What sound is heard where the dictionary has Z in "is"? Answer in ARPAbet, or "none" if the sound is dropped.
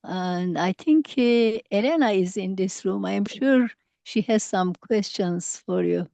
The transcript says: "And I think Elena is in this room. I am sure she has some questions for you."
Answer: Z